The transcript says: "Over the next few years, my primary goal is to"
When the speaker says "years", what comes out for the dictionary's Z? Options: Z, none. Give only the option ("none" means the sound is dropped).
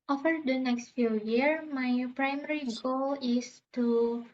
none